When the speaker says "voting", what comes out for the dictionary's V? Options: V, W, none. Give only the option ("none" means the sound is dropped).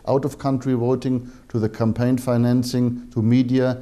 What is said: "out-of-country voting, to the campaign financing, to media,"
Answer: W